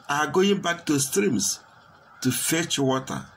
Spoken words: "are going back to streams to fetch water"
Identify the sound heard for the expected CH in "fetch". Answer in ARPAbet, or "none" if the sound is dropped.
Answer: CH